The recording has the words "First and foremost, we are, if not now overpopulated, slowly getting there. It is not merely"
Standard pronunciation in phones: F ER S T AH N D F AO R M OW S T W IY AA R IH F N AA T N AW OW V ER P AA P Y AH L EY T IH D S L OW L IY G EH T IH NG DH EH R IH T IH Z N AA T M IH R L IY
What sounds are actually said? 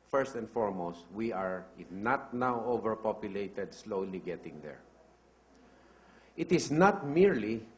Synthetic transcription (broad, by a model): F ER S T AH N D F AO R M OW S T W IY AA R IH F N AA T N AW OW V ER P AA P Y AH L EY T IH D S L OW L IY G EH T IH NG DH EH R IH T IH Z N AA T M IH R L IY